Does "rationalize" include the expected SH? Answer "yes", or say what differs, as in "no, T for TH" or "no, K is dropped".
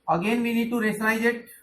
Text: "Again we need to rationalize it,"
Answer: no, S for SH